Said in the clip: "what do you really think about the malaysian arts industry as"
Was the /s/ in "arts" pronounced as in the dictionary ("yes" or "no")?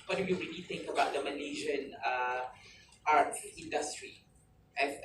no